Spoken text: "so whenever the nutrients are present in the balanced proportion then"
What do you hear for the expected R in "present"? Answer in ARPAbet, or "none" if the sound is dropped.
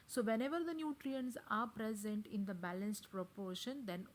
R